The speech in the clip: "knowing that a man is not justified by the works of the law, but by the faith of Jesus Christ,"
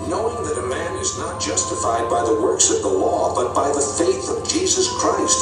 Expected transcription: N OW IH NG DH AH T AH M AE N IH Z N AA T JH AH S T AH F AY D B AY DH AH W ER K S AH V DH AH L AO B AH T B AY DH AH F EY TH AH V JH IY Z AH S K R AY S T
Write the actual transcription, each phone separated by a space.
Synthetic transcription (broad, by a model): N OW IH NG DH AH T AH M AE N IH Z N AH T JH AH S T AH F AY D B AY DH AH W ER K S AH V DH AH L AO B AH T B AY DH AH F EY TH AH V JH IY Z AH S K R AY S T